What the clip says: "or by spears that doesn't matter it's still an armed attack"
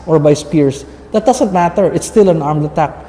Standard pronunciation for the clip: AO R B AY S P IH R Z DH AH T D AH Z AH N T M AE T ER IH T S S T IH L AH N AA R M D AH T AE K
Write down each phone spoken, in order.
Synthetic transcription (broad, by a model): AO R B AY S P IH R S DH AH T D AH S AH N T M AE T ER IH T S S T IH L AH N AA R M D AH T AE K